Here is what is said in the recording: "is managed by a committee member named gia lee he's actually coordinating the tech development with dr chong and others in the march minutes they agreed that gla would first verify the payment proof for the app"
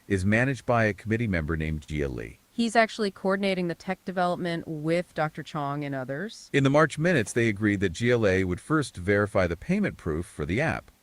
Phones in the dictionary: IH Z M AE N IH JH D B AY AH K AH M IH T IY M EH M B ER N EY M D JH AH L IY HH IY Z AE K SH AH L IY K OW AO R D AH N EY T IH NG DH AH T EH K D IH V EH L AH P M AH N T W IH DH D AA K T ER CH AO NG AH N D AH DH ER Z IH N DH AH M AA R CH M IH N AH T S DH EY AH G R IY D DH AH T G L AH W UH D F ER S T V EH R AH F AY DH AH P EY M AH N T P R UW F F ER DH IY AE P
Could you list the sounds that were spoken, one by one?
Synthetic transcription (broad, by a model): IH Z M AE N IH JH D B AY AH K AH M IH T IY M EH M B ER N EY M JH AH L IY HH IY Z AE K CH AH L IY K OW AO R D N EY T IH NG DH AH T EH K D IH V EH L AH P M AH N T W IH DH D AA K T ER CH AO NG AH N AH DH ER Z IH N DH AH M AA R CH M IH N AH T S DH EY AH G R IY D DH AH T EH L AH W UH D F ER S T V EH R AH F AY DH AH P EY M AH N P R UW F F ER DH IY AE P